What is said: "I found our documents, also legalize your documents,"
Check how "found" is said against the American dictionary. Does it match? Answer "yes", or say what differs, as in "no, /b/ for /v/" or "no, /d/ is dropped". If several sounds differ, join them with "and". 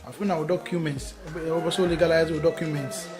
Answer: no, /d/ is dropped